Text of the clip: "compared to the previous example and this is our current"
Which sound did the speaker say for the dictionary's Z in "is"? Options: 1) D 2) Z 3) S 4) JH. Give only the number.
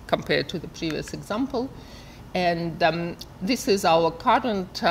2